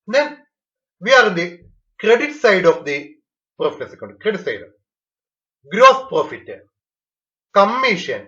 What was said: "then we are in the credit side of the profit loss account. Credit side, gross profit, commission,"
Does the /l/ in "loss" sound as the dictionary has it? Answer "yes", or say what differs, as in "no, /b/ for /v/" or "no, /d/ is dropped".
no, /n/ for /l/